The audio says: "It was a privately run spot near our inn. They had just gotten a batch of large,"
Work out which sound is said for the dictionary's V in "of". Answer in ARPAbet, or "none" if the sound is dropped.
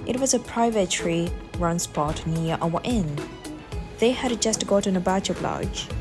B